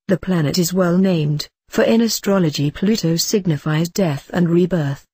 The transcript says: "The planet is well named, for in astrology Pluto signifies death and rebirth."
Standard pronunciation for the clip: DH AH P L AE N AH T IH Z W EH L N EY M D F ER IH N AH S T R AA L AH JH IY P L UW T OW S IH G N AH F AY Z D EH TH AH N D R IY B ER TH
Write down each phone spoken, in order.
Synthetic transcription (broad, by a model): DH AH P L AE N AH T IH Z W EH L N EY M D F ER IH N AH S T R AA L AH JH IY P L UW T OW S IH G N AH F AY Z D EH TH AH N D R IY B ER TH